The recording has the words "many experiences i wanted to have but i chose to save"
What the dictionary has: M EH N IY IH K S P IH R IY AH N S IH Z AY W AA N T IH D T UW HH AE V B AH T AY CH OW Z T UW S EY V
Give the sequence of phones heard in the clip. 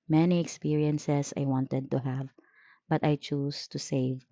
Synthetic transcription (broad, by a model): M EH N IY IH K S P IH R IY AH N S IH S AY W AA N T IH D T UW HH AE V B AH T AY CH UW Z T UW S EY V